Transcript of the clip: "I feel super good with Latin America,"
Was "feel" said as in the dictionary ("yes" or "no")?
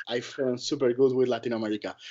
no